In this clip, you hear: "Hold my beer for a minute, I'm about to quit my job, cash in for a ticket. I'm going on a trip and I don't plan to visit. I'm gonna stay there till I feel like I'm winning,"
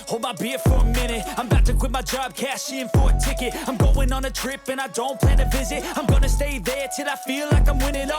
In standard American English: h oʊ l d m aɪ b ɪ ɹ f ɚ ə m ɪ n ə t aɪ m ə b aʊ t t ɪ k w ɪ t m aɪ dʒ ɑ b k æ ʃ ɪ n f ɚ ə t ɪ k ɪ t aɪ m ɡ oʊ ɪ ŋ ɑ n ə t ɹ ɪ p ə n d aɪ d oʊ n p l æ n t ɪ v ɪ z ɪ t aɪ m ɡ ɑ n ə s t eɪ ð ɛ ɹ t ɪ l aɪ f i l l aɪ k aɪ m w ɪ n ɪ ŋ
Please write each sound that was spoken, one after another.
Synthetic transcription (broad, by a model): h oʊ l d m aɪ b ɪ ɹ f ɚ ə m ɪ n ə t aɪ m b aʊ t t ɪ k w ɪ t m aɪ dʒ ɑ b k æ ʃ ɪ n f ɚ ə t ɪ k ɪ t aɪ m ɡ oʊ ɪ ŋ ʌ n ə t ɹ ɪ p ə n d aɪ d oʊ n p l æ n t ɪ v ɪ z ɪ t aɪ m ɡ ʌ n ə s t eɪ ð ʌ ɹ t ɪ l aɪ f i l l aɪ k aɪ m w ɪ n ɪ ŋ